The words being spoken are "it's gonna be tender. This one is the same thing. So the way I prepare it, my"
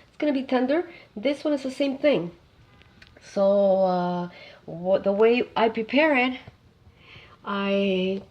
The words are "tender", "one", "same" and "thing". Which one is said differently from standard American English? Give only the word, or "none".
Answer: none